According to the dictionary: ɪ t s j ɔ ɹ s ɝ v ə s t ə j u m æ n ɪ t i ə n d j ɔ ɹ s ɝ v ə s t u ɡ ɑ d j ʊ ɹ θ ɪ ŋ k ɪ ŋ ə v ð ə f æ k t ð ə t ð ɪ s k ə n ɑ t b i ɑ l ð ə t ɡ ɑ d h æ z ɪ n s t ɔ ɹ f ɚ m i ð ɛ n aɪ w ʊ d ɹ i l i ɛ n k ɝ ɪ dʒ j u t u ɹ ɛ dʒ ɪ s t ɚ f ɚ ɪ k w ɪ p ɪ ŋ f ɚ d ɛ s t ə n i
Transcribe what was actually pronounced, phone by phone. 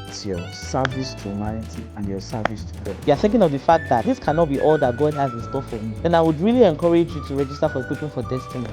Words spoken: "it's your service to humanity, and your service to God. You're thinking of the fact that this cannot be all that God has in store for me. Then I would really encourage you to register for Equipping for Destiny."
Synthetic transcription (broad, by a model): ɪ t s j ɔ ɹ s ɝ v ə s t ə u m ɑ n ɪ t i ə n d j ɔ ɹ s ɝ v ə s t u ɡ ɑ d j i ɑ θ ɪ ŋ k ɪ ŋ ə v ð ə f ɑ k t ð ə t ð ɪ s k ə n ɑ t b i ɑ l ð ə t ɡ ɑ d h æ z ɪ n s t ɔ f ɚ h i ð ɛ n aɪ w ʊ d ɹ i l i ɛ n k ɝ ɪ dʒ j u t u ɹ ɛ dʒ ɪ s t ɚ f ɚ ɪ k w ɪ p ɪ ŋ f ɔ d ɛ s t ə n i